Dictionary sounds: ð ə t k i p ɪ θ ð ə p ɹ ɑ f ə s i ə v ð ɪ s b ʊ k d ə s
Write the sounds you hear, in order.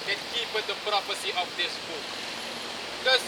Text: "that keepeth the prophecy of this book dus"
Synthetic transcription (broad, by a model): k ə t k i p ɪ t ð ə p ɹ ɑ p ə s i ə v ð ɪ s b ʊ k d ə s